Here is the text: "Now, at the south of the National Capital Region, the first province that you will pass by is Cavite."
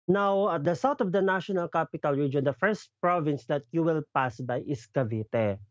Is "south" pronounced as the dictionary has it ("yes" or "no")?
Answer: no